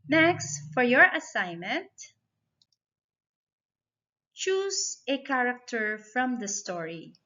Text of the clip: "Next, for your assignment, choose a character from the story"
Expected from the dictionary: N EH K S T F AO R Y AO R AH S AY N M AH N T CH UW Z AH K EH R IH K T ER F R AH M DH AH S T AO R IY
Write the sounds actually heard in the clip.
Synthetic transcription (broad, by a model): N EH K S T F AO R Y AO R AH S AY N M AH N T CH UW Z AH K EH R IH K T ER F R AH M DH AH S T AO R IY